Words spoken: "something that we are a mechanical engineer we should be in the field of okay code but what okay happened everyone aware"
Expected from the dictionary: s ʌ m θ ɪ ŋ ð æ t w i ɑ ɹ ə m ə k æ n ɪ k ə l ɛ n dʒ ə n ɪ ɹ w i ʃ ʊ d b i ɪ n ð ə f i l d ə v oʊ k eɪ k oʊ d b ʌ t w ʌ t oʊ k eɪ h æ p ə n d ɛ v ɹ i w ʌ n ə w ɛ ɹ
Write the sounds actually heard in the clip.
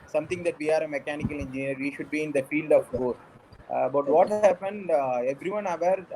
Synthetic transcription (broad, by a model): s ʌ m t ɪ ŋ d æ t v i ɑ ɹ ə m ə k æ n ɪ k ə l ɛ n dʒ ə n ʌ ɹ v i ʃ ʊ d b i ɪ n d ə f i l d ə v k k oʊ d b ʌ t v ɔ t h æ p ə n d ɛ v ɹ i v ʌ n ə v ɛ ɹ